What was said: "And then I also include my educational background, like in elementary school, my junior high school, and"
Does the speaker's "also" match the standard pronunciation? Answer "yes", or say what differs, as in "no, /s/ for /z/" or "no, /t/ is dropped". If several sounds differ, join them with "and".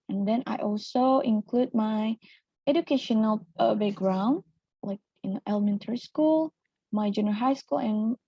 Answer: yes